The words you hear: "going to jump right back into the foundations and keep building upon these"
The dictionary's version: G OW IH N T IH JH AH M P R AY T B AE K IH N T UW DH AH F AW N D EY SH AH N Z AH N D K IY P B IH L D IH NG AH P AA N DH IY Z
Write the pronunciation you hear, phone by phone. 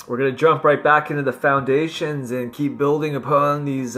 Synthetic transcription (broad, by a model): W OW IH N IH JH AH M P R AY T B AE K IH N T UW DH AH F AW N D EY SH AH N Z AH N K IY P B IH L D IH NG AH P AA N DH IY Z